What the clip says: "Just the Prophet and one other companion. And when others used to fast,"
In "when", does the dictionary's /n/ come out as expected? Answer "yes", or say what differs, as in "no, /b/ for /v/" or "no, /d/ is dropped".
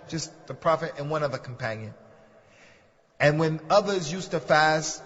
yes